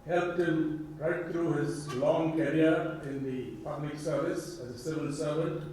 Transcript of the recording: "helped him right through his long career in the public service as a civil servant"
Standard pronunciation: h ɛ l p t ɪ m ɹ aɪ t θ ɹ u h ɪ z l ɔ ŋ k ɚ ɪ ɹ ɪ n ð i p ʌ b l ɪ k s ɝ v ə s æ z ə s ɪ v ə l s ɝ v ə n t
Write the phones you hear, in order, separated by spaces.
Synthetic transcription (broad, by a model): h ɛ l p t ɪ m ɹ aɪ t t ɹ u h ɪ z l ɔ ŋ k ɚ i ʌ ɪ n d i p ʌ b l ɪ k s ɝ v ə s æ z ə s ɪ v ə n s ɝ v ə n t